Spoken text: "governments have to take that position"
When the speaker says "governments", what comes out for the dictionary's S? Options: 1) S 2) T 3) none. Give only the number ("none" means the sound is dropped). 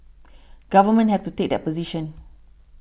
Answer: 3